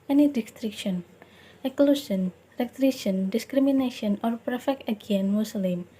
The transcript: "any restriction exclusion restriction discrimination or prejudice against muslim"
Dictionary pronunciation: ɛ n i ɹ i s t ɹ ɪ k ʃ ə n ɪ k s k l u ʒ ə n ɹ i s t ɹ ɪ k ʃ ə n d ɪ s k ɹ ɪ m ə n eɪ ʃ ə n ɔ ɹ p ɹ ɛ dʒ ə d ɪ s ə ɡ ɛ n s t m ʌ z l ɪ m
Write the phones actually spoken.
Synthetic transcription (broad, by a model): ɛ n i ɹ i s t ɹ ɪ k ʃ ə n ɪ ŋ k l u s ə n ɹ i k t ɹ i ʃ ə n d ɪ s k ɹ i m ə n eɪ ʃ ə n ɔ ɹ p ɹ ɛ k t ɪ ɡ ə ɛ n m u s l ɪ m